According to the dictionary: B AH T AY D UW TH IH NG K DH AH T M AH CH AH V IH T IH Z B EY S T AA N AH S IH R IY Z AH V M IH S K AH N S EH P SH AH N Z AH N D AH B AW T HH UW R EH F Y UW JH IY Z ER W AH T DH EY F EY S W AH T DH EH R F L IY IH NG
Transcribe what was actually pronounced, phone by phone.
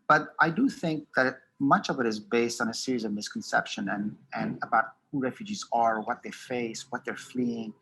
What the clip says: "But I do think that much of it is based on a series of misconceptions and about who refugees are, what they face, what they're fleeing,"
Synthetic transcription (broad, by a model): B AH T AY D UW TH IH NG K DH AH T M AH CH AH V IH T IH Z B EY S T N AH S IH R IY Z AH V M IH S K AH N S EH P SH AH N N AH N AH B AW T HH UW R EH F Y UW JH IY Z ER W AH T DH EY F EY S W AH T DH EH R F L IY IH NG